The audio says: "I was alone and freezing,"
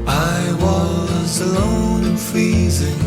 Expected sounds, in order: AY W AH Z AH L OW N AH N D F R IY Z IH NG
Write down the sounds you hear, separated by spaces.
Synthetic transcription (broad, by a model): AY W AH Z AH L OW AH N F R IY Z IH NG